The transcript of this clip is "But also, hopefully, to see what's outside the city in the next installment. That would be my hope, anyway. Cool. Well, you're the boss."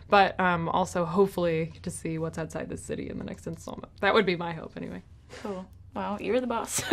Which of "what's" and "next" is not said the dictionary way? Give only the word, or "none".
none